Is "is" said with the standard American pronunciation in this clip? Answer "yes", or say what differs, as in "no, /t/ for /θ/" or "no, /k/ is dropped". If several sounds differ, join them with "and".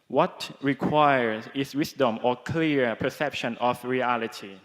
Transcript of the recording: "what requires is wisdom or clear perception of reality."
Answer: no, /s/ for /z/